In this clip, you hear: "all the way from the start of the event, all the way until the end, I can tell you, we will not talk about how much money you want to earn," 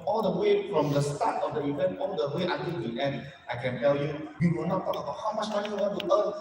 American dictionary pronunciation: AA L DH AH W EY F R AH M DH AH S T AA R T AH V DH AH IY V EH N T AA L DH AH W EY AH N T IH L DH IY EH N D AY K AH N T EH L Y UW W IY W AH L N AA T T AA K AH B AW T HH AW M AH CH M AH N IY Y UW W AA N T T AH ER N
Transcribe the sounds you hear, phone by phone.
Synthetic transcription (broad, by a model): AA L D AH W EY F R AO M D AH S T AA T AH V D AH IY V EH N T AA L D AH W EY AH T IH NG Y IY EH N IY AY K AH N T EH L Y UW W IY W AH L N AA T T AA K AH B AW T HH AW M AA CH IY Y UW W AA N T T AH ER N